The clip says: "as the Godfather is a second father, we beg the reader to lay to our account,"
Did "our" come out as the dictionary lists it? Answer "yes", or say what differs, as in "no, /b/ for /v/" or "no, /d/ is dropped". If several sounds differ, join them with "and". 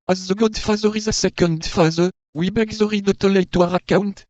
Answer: yes